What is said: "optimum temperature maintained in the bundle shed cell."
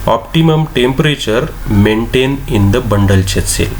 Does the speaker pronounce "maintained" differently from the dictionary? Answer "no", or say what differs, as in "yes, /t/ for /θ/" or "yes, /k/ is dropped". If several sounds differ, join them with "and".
yes, /d/ is dropped